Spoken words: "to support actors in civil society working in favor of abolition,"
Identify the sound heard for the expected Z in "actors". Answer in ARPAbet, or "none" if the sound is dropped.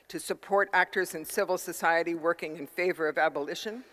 Z